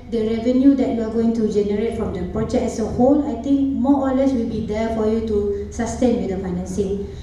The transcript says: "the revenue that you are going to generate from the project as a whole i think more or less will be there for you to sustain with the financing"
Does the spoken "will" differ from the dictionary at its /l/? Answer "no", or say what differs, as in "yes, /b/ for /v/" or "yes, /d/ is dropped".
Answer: no